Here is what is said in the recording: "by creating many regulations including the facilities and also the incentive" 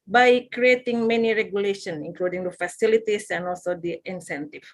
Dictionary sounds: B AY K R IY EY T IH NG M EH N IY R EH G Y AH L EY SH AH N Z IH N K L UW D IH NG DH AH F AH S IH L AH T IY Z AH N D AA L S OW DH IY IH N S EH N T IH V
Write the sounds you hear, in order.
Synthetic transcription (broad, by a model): B AY K R IY EY T IH NG M EH N IY R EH G Y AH L EY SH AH N IH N K L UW D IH NG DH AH F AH S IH L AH T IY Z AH N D AA L S OW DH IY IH N S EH N T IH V